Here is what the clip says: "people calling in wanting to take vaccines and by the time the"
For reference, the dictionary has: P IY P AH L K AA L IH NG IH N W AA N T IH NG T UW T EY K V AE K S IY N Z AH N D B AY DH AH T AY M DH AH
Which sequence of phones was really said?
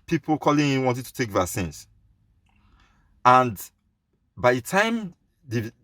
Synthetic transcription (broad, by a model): P IY P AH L K AA L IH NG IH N W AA N T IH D T UW T EY K V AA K S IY N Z AH N D B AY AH T AY M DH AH